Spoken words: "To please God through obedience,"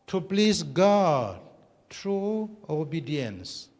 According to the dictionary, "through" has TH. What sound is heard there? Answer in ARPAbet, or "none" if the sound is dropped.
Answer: T